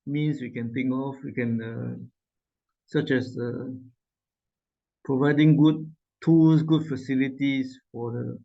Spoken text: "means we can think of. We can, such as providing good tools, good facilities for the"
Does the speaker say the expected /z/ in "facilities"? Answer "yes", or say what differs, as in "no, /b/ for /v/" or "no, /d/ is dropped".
no, /s/ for /z/